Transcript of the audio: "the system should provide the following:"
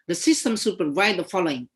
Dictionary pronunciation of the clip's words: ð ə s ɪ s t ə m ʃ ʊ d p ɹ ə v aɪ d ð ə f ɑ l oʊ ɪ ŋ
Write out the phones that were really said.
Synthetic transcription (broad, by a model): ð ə s ɪ s t ə m s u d p ɹ ə v aɪ d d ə f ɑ l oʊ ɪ ŋ